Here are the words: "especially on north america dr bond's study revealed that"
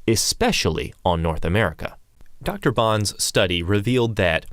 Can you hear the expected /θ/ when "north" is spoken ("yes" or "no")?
yes